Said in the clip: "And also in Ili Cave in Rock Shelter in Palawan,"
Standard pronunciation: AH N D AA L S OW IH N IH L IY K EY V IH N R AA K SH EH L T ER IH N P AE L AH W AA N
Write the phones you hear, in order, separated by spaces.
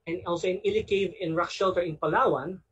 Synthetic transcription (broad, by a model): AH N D AA L S OW IH N IH L IY K EY V IH N R AA K SH EH L T ER IH N P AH L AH W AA N